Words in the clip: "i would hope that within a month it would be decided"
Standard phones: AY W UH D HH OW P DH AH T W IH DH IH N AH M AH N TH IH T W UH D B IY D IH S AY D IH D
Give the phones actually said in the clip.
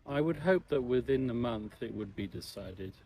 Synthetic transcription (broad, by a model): AY W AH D HH OW P DH AH T W IH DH IH N AH M AH N TH IH T W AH D B IY D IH S AY D IH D